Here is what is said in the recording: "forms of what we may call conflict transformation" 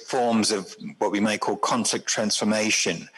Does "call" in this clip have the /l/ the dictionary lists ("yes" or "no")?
yes